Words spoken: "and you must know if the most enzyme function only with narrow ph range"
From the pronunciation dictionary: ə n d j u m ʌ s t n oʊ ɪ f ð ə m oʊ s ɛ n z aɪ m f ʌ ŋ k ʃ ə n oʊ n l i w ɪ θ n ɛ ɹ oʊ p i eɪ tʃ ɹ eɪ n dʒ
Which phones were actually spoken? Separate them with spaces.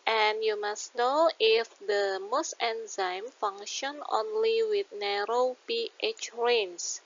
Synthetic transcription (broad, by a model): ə n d j u m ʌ s n oʊ ɪ f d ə m oʊ s ɛ n z aɪ m f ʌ ŋ ʃ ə n oʊ n l i w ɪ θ n ɛ ɹ oʊ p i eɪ tʃ ɹ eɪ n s